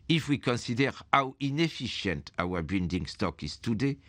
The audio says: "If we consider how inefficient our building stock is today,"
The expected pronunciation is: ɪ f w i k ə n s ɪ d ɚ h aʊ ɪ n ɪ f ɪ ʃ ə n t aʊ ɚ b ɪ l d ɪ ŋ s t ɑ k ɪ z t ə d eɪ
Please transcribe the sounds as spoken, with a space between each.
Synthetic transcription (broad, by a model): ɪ f w i k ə n s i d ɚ h aʊ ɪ n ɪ f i ʃ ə n t aʊ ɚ b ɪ n d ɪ ŋ s t ɑ k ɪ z t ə d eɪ